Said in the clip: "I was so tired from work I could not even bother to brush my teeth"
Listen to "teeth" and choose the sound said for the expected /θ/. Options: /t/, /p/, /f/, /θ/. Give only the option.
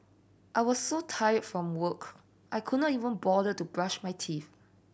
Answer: /f/